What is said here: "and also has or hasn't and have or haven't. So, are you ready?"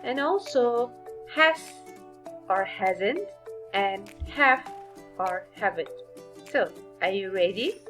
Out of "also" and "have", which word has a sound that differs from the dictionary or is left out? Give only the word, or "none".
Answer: have